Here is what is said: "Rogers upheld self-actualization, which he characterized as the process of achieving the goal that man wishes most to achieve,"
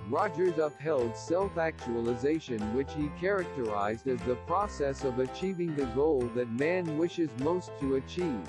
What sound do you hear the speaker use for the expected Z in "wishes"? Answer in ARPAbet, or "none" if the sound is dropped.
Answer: Z